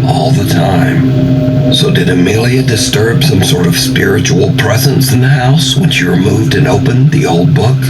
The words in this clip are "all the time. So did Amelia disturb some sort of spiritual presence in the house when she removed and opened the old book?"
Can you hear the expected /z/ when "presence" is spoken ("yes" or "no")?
yes